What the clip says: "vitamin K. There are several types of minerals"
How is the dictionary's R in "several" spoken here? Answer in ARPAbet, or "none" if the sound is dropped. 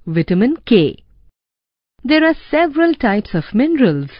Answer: R